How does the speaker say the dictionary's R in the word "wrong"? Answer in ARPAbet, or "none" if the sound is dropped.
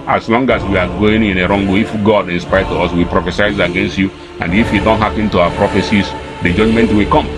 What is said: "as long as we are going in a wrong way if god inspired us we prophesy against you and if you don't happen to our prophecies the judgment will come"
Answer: R